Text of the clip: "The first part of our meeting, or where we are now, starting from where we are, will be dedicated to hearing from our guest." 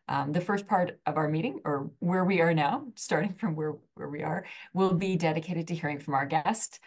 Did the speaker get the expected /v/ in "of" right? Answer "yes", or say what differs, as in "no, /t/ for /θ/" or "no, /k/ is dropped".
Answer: yes